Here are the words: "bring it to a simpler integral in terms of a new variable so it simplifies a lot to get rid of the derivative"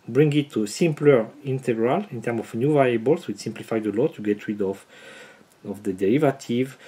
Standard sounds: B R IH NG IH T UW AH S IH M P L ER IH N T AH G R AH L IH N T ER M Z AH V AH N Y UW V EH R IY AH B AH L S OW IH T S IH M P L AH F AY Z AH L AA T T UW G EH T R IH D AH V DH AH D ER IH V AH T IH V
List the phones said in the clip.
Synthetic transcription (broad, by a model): B R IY NG IH T UW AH S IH M P L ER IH N T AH G R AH L IH N T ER M AH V N Y UW V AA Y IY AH B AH L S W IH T S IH M P L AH F AY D AH L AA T T UW G EH T R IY D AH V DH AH D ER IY V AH T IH V